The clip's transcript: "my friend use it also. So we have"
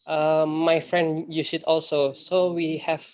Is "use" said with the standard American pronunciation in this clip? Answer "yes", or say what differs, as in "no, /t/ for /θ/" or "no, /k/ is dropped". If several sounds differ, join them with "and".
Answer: no, /ʃ/ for /s/